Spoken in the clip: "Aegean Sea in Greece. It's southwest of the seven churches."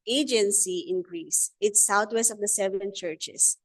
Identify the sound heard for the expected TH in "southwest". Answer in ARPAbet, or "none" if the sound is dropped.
T